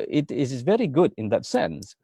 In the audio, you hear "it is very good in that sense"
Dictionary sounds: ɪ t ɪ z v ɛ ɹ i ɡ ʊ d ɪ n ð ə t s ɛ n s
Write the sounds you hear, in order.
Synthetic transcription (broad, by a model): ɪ t ɪ z v ɛ ɹ i ɡ ʊ d ɪ n ð ə t s ɛ n s